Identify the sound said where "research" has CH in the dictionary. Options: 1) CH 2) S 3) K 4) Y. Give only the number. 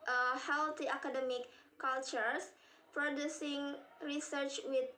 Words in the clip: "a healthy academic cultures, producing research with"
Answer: 1